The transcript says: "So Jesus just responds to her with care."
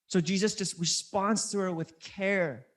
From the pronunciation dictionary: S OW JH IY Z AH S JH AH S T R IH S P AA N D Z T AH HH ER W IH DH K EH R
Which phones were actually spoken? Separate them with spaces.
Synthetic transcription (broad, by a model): S OW JH IY Z AH S JH AH S T R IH S P AA N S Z T AH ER W IH DH K EH R